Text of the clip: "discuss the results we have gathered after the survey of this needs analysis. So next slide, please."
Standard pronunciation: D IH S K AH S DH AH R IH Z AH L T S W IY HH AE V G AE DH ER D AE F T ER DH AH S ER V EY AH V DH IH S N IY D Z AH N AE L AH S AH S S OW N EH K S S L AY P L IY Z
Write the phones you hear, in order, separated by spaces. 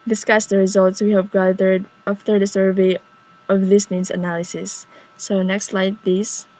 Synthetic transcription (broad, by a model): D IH S K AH S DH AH R IH Z AH L T S W IY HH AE V G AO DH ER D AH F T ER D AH S ER V EY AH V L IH S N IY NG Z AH N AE L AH S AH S S OW N EH K S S L AY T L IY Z